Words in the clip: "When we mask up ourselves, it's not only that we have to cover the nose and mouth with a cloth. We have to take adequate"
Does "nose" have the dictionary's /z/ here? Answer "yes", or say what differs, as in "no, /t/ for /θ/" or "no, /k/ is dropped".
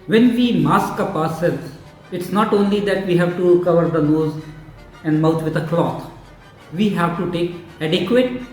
yes